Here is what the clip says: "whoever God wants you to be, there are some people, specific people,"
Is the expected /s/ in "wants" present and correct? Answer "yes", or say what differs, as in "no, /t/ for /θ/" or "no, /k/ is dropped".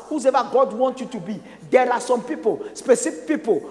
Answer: no, /s/ is dropped